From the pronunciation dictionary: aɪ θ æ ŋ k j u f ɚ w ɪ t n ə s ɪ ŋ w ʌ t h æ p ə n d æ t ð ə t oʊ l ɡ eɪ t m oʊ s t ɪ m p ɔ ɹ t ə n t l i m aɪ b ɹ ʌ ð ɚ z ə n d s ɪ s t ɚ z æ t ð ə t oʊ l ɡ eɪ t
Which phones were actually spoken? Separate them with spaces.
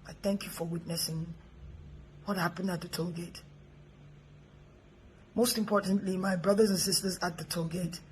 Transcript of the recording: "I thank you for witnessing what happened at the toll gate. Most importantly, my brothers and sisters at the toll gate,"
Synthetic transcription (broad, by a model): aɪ θ æ ŋ k j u f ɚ w ɪ t n ə s ɪ ŋ w ʌ t h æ p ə n d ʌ t ð ə t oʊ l ɡ eɪ t m oʊ s t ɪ m p ɔ ɹ t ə n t l i m aɪ b ɹ ʌ ð ɚ z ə n s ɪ s t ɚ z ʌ t ð ə t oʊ ɡ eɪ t